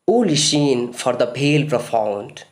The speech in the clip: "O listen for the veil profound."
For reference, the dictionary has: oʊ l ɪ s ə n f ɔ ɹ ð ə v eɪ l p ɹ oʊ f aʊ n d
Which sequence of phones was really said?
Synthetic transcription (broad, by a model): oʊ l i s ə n f ɔ ɹ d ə b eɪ l p ɹ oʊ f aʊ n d